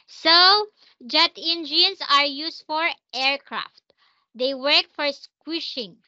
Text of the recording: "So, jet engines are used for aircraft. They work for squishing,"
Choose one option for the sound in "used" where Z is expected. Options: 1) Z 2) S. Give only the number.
2